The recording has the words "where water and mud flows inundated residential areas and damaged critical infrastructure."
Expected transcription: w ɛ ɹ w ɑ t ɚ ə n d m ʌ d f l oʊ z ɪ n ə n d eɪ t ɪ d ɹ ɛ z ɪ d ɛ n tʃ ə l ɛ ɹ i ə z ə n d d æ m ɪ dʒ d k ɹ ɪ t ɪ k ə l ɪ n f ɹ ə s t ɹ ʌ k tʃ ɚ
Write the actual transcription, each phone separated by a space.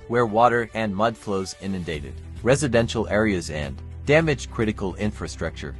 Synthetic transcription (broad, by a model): w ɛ ɹ w ɑ t ɚ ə n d m ʌ d f l oʊ z ɪ n ə n d eɪ t ɪ d ɹ ɛ z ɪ d ɛ n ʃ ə l ɛ ɹ i ə z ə n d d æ m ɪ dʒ k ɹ ɪ t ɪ k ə l ɪ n f ɹ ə s t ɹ ʌ k tʃ ɚ